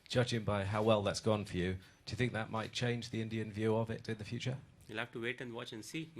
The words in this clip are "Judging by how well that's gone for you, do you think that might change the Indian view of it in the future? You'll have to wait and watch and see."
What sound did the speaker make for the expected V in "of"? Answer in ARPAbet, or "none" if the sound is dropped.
V